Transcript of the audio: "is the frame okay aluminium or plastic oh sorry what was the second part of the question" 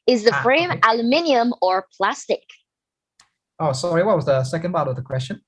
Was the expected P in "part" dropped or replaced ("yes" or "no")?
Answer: yes